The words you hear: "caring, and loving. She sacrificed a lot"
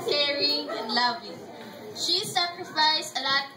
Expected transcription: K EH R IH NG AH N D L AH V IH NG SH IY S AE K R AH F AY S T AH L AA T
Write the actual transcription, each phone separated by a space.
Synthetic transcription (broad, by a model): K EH R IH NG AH N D L AH V IH NG SH IY S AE K R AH F AY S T AH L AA